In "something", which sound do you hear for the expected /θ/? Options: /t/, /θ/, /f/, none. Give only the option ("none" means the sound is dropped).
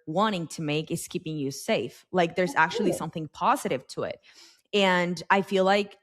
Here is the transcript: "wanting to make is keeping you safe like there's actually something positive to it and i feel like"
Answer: /θ/